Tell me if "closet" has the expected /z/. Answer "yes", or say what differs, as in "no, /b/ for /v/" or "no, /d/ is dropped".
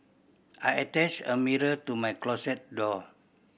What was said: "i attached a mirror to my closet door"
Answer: no, /s/ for /z/